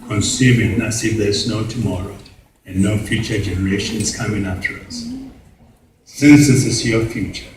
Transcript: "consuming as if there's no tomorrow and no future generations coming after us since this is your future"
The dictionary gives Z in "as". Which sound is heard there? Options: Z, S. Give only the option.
S